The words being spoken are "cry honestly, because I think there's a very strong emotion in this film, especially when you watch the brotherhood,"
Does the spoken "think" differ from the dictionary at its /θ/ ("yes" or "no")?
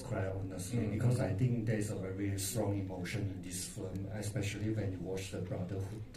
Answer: yes